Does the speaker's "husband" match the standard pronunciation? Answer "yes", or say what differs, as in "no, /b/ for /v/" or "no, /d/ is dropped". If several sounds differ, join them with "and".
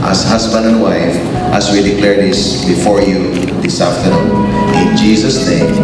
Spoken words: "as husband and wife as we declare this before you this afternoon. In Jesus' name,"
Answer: no, /s/ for /z/